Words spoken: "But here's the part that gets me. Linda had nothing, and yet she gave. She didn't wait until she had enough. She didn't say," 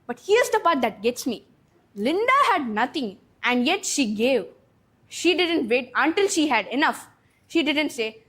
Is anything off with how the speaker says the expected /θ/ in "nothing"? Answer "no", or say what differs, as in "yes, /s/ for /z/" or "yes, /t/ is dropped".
yes, /t/ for /θ/